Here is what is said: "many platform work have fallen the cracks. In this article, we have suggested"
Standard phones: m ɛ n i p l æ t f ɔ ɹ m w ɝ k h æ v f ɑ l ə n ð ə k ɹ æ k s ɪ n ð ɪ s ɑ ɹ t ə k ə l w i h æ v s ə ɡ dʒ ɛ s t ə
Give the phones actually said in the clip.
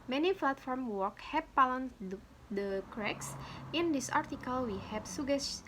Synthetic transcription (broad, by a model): m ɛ n i f l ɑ t f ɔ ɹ m w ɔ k h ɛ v p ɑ l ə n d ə k ɹ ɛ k s ɪ n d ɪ s ɑ ɹ t ə k ə l w i h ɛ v s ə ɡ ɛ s